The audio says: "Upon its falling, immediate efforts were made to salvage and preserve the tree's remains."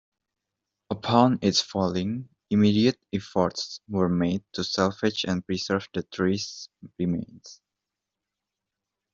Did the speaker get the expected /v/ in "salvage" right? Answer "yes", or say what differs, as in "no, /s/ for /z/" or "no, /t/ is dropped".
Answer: no, /f/ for /v/